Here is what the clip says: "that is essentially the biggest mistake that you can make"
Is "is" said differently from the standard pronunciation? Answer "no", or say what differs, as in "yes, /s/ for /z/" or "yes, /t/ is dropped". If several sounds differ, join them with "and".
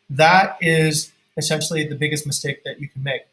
no